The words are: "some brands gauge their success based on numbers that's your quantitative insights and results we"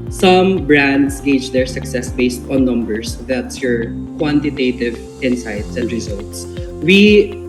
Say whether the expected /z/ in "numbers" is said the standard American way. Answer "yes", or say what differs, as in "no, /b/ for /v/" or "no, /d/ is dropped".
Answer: no, /s/ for /z/